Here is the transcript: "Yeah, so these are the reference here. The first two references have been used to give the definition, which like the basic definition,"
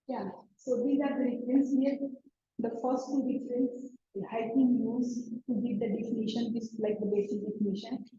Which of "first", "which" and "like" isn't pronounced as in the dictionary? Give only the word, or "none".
which